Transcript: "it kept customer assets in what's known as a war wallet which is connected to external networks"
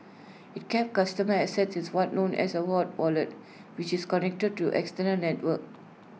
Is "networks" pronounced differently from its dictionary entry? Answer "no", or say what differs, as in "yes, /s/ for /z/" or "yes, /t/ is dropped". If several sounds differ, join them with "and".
yes, /s/ is dropped